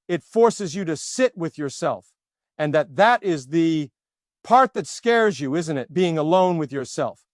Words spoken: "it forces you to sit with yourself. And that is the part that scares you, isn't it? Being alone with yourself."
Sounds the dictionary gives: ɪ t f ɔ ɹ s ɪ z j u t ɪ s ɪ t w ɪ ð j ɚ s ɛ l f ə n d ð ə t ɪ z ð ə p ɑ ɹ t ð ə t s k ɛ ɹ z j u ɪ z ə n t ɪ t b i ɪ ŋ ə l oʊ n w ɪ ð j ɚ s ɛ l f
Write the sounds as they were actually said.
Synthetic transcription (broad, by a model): ɪ t f ɔ ɹ s ɪ z j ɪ t ɪ s ɪ t w ɪ ð j ɚ s ɛ l f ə n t ð ə t ɪ z ð ə p ɑ ɹ t ð ə t s k ɛ ɹ z j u ɪ z ə n t ɪ t b i ɪ ŋ ə l oʊ n w ɪ ð j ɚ s ɛ l f